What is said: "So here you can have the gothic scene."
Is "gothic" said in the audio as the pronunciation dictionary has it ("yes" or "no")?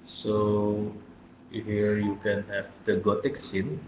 no